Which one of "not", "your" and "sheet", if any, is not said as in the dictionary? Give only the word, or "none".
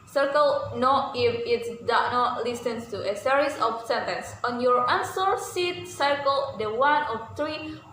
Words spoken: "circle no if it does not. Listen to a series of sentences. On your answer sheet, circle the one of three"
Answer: sheet